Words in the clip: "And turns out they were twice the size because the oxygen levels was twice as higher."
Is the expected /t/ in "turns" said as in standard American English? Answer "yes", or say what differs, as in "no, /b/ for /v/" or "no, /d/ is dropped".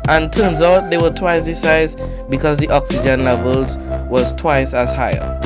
yes